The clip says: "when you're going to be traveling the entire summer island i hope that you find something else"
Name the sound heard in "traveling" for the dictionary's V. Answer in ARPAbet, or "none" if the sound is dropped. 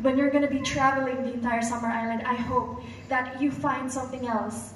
V